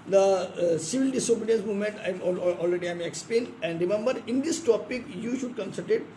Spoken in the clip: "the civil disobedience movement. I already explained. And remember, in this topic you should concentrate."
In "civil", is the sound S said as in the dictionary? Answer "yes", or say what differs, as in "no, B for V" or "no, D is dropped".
yes